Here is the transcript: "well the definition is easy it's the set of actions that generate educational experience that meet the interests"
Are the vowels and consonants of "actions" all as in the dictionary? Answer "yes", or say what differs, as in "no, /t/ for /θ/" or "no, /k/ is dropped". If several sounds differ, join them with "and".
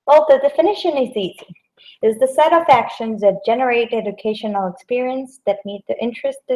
yes